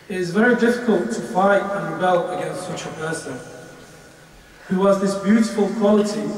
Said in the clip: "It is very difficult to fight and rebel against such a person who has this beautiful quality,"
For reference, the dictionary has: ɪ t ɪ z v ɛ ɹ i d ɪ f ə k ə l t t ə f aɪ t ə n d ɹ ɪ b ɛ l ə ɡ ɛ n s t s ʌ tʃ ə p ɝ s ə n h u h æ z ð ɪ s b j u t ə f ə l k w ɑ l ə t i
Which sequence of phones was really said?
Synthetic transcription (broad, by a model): ɪ t ɪ z v ɛ ɹ i d ɪ f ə k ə l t t ə f aɪ t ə n ɹ ɪ b ɛ l ə ɡ ɛ n s t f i tʃ ə p ɝ s ə n h u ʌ z ð ɪ s b j u t ə f ə l k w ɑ l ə t i